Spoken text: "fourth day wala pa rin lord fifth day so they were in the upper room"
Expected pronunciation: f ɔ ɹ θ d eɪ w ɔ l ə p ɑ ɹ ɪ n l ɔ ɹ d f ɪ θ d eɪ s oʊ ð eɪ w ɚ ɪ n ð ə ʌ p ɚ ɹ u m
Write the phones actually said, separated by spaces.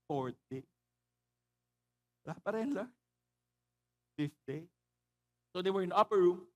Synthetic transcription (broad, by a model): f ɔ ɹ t d eɪ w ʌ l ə p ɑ ɹ ɪ n l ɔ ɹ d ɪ s d eɪ s oʊ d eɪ w ɚ ɪ n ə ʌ p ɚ ɹ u m